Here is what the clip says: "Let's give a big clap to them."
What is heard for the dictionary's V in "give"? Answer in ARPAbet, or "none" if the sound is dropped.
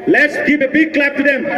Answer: P